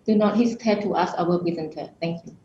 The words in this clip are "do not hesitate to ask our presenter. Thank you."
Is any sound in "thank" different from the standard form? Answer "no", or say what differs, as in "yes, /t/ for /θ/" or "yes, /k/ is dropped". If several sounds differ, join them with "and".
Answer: yes, /t/ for /θ/